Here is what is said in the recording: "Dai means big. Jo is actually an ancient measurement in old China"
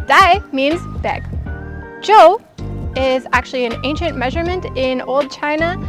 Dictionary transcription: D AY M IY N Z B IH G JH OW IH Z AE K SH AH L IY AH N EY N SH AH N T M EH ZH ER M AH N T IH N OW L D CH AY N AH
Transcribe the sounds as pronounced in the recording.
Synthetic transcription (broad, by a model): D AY M IY N Z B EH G JH OW IH Z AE K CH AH L IY AH N EY N SH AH N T M EH ZH ER M AH N T IH N OW L D CH AY N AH